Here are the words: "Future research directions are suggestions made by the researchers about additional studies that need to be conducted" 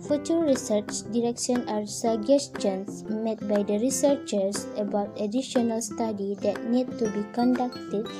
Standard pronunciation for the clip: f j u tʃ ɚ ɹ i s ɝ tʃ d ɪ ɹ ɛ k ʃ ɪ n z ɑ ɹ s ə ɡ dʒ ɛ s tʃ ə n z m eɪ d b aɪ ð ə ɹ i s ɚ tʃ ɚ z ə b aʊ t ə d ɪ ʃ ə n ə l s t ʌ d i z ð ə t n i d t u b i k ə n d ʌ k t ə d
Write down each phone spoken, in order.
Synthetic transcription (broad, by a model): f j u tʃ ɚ ɹ i s ɝ tʃ d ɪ ɹ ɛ k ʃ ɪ n ɑ ɹ s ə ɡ dʒ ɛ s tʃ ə n s m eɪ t b aɪ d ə ɹ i s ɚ tʃ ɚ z ə b aʊ t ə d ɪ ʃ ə n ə l s t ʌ d i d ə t n i d t u b i k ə n d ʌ k t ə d